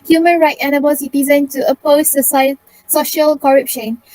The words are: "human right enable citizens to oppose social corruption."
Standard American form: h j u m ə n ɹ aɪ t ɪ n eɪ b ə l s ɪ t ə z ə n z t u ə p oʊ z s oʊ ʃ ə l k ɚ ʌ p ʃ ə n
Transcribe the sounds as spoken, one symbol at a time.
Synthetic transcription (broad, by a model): h j u m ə n ɹ aɪ t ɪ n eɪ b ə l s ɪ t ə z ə n t u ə p oʊ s s oʊ ʃ ə l k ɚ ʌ p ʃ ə n